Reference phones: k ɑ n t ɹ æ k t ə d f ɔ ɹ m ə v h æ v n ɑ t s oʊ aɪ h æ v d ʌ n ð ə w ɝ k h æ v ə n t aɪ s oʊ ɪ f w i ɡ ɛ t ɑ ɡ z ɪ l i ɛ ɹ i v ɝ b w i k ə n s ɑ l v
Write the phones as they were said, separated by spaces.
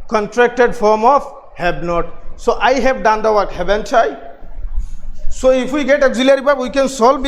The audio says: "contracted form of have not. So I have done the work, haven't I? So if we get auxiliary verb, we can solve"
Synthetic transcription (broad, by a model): k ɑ n t ɹ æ k t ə d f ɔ ɹ m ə f h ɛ b n ɑ t s oʊ aɪ h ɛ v d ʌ n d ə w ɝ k h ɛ b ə n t aɪ s oʊ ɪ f w i ɡ ɛ t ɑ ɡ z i l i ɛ ɹ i b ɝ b w i k ə n s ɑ l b